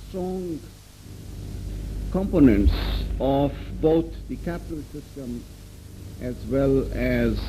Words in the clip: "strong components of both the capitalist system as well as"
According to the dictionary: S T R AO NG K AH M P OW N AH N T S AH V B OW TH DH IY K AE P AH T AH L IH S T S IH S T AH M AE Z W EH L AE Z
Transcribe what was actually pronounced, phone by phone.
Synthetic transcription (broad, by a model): S T R AO NG K AH M P OW N AH N T S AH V B OW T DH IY K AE P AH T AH L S S IH S T AH M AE Z W EH L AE Z